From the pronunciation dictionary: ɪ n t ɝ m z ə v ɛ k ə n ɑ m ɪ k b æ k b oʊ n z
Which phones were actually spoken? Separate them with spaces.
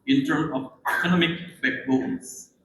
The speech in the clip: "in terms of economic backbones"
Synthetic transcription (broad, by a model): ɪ n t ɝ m ə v ɛ k ə n ɑ m ɪ k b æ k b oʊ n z